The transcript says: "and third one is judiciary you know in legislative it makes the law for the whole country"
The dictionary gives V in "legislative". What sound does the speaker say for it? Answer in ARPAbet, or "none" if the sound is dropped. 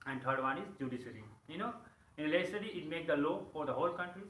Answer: none